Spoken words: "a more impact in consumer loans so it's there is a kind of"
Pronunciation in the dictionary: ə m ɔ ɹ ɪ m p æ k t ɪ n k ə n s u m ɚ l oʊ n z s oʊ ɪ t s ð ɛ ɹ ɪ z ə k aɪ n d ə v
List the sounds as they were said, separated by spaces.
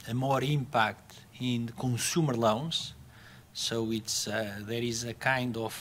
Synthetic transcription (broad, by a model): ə m ɔ ɹ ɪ m p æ k t ɪ n k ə s u m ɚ l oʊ n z s oʊ ɪ t s ð ɛ ɹ ɪ z ə k aɪ n d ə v